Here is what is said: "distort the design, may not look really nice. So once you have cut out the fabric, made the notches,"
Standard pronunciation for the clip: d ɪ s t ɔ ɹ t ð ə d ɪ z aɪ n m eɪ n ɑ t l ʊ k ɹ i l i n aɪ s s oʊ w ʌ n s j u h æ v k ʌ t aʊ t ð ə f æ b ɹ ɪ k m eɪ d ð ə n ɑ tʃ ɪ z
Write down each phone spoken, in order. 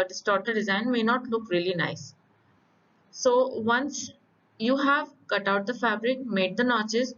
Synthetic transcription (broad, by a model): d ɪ s t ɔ ɹ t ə d ɪ z aɪ n m eɪ n ɑ t l ʊ k ɹ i l i n aɪ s s oʊ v ʌ n s j u h æ v k ʌ t aʊ t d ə f æ b ɹ ɪ k m eɪ d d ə n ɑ tʃ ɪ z